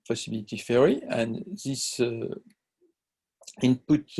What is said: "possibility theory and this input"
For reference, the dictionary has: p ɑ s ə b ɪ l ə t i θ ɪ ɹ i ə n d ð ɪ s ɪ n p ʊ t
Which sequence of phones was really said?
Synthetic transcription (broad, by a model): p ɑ s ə b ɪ l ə t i f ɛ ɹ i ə n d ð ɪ s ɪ n p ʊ t